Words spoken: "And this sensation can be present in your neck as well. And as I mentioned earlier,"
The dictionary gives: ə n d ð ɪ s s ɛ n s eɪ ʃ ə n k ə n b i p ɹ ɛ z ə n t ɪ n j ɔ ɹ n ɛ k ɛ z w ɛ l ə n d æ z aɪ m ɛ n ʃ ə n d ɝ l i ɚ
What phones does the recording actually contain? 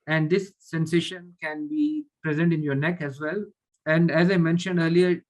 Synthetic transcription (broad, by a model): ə n d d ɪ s s ɛ n s eɪ ʃ ə n k ə n b i p ɹ ɛ z ə n t ɪ n j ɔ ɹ n ɛ k ɛ z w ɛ l ə n d æ z aɪ m ɛ n ʃ ə n d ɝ l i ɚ